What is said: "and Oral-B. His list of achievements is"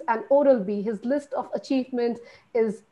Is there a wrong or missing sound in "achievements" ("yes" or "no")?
yes